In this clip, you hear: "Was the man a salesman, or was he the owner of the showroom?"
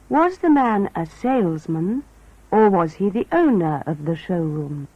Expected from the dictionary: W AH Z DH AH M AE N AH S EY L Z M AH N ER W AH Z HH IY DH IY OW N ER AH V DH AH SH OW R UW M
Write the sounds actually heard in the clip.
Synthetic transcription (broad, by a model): W AH Z DH AH M AE N AH S EY L Z M AH N ER W AH Z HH IY DH IY OW N ER AH V DH AH SH OW R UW M